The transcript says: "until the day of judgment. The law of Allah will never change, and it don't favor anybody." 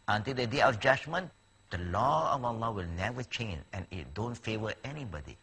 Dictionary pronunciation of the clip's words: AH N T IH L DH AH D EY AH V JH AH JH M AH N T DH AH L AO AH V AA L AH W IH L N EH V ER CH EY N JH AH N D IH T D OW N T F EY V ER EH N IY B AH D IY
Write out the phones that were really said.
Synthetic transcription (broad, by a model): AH N T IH L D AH D EY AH JH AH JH M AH N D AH L AO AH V AA L AH W IH L N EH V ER CH EY N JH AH N IH T D OW N T F EY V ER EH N IY B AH D IY